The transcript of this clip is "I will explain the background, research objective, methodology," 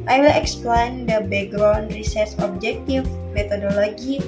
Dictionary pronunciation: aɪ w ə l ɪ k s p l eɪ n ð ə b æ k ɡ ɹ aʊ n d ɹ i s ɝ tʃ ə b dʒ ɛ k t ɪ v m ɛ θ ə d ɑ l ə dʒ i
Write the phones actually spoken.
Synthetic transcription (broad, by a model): aɪ w ə l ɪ k s p l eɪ n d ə b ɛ ɡ ɹ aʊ n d ɹ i s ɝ s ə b dʒ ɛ k t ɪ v m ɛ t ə d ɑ l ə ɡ i